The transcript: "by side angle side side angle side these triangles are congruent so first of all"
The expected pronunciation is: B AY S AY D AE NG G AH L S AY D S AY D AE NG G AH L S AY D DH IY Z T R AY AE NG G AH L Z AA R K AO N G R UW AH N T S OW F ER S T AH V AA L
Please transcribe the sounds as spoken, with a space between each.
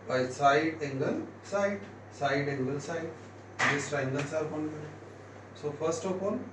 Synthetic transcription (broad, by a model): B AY S AY D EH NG G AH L S AY D S AY D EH NG G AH L S AY D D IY S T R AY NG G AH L S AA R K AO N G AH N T S OW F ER S T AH P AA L